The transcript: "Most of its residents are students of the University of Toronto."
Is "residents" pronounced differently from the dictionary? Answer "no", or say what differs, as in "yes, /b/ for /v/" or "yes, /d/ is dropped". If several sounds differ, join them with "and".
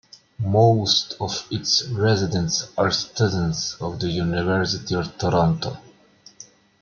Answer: no